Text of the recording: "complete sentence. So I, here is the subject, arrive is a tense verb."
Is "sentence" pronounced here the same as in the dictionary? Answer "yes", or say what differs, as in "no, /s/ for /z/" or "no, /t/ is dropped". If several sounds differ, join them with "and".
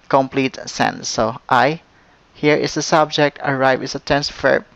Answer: no, /s/ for /t/